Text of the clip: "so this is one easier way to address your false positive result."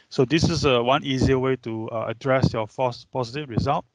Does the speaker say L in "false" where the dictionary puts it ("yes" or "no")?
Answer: no